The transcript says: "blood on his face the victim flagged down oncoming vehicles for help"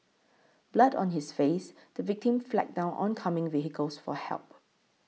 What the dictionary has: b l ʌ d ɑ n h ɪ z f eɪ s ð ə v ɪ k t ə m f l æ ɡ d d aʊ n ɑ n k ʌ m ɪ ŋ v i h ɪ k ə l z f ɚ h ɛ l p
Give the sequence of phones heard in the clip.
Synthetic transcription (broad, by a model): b l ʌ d ɑ n h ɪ s f eɪ s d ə v ɪ k t ə m f l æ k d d aʊ n ɑ n k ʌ m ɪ ŋ v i h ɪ k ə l s f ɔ h ɛ l p